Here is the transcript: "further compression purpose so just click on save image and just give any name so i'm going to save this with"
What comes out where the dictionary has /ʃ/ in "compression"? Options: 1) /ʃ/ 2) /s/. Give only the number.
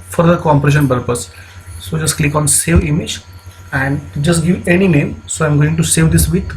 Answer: 1